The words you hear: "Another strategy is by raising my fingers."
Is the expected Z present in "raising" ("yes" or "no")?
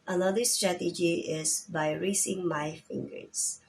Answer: no